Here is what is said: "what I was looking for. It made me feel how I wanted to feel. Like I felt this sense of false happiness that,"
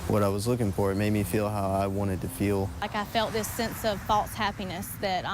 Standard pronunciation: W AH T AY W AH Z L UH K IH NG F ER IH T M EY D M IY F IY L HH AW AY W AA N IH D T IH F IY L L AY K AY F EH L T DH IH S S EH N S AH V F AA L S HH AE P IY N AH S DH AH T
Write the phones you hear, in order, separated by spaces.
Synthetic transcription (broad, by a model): W AH T AY W AH Z L UH K IH NG F ER IH T M EY D M IY F IY L HH AW AY W AA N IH D T IH F IY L L AY K AY F EH L T DH IH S S EH N S AH V F AA L S HH AE P IY N AH S DH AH T